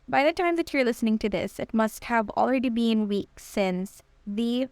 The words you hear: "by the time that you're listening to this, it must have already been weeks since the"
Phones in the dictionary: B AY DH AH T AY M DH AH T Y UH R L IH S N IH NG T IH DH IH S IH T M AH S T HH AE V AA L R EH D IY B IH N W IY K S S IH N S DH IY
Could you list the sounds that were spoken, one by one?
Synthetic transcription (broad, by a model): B AY DH AH T AY M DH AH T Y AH R L IH S N IH NG T IH DH IH S IH T M AH S T HH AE V AA L R EH D IY B IH N W IY K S S IH N S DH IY